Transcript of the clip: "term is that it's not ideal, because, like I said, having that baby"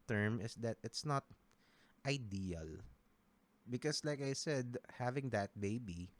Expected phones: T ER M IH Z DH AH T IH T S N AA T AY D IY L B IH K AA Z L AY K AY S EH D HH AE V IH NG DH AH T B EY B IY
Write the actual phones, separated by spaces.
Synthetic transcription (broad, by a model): T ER M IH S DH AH T IH T S N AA T AY D IY L B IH K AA S L AY K AY S EH D HH AE V IH NG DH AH T B EY B IY